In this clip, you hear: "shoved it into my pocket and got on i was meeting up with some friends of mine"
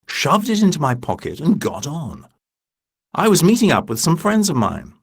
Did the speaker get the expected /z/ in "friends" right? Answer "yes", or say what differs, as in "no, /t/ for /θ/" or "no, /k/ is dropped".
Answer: yes